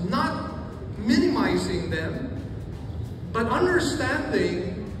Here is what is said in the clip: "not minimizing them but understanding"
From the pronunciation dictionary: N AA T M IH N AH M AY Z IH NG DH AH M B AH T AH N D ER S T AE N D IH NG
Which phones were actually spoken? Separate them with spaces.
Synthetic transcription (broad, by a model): N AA T M IH N AH M AY Z IH NG DH AH M B AH T AH N D ER S T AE N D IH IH